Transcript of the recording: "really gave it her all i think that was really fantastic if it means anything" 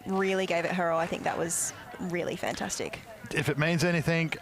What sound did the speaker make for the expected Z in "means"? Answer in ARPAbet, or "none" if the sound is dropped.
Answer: Z